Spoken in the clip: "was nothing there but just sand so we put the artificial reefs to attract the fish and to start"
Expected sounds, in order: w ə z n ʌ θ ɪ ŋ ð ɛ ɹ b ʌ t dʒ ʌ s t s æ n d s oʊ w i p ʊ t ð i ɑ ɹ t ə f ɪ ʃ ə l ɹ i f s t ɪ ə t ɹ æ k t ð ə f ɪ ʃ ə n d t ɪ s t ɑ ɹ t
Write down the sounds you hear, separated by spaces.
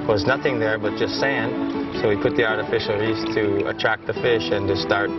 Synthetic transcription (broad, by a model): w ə z n ʌ θ ɪ ŋ ð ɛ ɹ b ʌ t dʒ ʌ s t s æ n d s oʊ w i p ʊ t ð i ɑ ɹ t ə f ɪ ʃ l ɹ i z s t ɪ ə t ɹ æ k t ð ə f ɪ ʃ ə n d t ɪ s t ɑ ɹ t